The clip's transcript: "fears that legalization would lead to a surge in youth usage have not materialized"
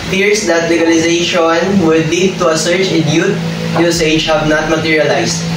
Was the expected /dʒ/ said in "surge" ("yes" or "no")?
no